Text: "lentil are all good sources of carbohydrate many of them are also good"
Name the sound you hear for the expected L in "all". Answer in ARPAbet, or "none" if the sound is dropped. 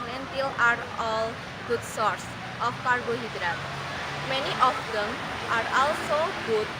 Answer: L